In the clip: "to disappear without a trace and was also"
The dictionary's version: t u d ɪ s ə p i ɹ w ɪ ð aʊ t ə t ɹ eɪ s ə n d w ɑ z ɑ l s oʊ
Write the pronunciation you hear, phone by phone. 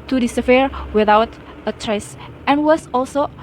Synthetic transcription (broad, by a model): t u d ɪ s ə f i ɹ w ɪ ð aʊ t ə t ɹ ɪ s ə n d w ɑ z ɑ l s oʊ